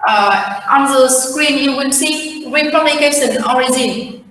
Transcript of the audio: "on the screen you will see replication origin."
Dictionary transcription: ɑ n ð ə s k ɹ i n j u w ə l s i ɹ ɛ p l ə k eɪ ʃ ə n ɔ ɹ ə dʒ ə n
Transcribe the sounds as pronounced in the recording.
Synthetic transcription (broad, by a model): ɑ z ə s k ɹ i n j u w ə n s i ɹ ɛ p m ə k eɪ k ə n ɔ ɹ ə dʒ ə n